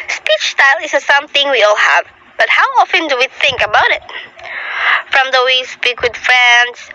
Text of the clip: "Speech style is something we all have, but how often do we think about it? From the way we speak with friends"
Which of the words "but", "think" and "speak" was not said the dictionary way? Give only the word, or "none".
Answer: none